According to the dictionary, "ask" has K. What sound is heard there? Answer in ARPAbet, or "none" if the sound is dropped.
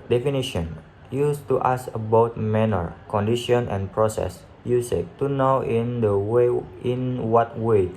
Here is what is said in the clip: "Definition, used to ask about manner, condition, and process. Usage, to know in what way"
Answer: none